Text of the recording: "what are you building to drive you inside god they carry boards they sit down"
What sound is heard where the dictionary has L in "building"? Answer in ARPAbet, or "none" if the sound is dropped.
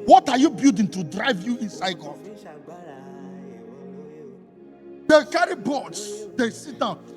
none